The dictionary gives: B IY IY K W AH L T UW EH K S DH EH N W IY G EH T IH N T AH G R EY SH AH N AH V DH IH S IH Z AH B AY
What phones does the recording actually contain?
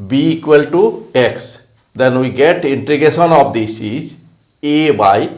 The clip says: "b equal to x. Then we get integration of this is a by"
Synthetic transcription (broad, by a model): B IY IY K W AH L T UW EH K S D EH N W IY G EH T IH N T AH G EY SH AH N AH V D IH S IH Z AH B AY